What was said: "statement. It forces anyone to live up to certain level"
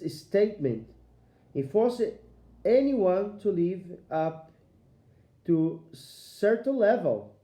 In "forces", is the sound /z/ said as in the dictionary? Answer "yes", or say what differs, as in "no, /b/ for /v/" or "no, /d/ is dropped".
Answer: no, /z/ is dropped